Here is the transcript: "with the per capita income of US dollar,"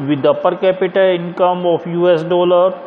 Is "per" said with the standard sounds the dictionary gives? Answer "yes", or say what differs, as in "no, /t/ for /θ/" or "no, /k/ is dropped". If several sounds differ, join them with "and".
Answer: yes